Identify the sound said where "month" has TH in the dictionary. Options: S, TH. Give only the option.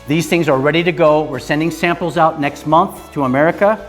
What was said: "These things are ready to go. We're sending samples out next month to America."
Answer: TH